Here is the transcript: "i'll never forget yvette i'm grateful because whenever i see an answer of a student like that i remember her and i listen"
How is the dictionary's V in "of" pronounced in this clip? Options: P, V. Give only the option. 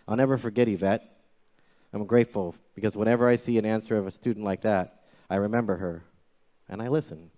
V